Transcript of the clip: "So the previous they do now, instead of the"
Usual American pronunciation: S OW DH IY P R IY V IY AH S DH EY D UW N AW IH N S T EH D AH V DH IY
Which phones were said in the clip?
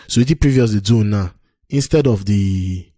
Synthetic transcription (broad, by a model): S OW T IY P R IY V IY AH S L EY D UW N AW IH N S T EH D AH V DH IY